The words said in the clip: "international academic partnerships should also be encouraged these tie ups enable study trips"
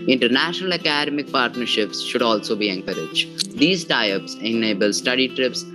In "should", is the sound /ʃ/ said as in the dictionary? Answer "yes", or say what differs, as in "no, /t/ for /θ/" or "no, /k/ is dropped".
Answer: yes